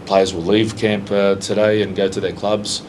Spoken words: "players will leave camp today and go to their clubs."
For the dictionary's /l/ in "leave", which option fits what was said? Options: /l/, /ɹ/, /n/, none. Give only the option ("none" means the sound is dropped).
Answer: /l/